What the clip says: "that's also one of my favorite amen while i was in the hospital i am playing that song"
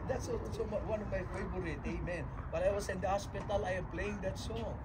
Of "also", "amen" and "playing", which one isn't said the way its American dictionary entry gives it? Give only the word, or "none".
also